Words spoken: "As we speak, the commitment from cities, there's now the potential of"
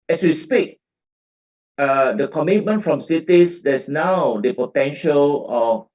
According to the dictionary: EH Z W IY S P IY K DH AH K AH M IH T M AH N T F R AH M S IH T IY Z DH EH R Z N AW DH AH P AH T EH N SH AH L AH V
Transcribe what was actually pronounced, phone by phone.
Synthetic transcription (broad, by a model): EH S W IY S P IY K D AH K AH M IH T M AH N T F R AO M S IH T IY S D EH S N AW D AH P AH T EH N SH AH L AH